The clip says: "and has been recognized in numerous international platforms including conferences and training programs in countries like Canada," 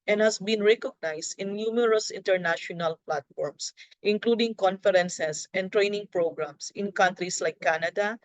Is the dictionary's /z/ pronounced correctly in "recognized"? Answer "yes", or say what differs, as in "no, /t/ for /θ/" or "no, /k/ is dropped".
no, /s/ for /z/